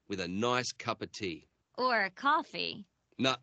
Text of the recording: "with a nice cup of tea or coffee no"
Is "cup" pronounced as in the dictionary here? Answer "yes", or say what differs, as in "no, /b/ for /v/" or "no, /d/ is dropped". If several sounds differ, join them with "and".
yes